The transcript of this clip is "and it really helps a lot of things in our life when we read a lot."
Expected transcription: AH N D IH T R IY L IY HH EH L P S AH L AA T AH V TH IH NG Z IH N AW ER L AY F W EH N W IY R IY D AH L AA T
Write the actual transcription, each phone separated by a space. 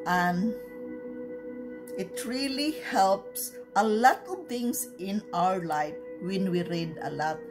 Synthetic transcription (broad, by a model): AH N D IH T R IY L IY HH EH L P S AH L AA T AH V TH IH NG S IH N AW ER L AY F W EH N W IY R IY D AH L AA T